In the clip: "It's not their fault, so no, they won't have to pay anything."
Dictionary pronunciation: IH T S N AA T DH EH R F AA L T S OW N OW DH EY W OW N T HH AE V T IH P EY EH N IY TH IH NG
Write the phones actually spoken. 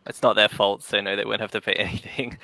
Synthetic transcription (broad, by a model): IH T S N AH T DH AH R F AA L T S OW N OW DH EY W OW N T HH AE F T IH P EY EH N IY TH IH NG